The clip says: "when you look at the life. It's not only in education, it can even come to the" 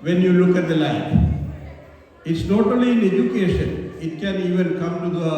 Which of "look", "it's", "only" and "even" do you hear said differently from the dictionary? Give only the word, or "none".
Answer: only